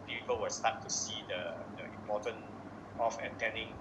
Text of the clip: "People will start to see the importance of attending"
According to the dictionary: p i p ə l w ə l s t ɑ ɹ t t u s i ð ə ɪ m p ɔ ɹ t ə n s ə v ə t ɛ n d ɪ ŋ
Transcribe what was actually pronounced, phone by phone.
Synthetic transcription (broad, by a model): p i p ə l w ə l s t ɑ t t u s i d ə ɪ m p ɔ t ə n ə f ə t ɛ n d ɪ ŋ